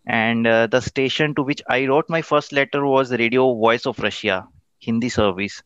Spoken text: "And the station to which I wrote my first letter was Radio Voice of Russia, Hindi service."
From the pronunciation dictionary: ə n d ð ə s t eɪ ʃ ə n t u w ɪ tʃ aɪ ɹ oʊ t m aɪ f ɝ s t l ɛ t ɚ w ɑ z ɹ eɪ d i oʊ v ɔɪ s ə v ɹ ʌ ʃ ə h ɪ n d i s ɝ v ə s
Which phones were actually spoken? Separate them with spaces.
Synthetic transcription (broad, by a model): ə n d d ə s t eɪ ʃ ə n t u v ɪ tʃ aɪ ɹ oʊ t m aɪ f ɝ s t l ɛ t ɚ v ɑ z ɹ eɪ d i oʊ v ɔɪ s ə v ɹ ʌ ʃ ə h ɪ n d i s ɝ v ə s